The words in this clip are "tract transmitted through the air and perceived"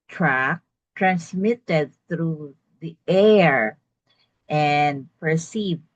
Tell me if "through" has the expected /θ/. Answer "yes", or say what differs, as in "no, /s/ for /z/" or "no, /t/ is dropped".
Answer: yes